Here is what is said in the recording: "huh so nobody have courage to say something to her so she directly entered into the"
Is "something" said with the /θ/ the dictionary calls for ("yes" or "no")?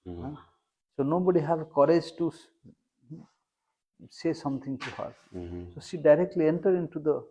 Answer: no